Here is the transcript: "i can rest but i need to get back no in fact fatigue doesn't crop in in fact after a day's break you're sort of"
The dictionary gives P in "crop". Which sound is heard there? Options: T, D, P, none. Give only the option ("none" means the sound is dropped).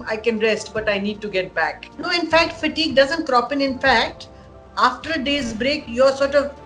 P